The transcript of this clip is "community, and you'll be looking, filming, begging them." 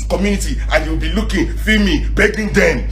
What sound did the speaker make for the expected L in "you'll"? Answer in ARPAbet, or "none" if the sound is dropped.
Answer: W